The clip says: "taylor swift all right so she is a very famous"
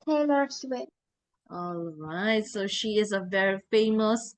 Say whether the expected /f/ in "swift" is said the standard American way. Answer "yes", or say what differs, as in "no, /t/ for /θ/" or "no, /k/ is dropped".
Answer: no, /f/ is dropped